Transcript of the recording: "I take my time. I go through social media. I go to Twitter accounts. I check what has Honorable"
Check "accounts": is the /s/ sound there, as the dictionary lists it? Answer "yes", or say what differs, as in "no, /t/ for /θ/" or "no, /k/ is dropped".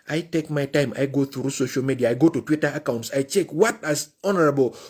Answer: yes